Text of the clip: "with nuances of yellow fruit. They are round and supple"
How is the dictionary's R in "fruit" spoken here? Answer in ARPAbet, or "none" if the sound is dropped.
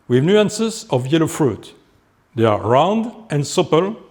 R